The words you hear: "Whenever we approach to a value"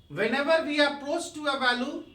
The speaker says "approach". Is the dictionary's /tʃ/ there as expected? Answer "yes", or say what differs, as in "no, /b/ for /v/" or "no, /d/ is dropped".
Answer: no, /s/ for /tʃ/